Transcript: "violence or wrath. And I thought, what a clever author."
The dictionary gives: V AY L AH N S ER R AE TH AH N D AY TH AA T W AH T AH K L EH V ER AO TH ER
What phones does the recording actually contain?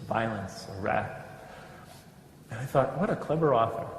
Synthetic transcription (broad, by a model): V AY L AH N S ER R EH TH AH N AY TH AA T W AH T AH K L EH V ER AO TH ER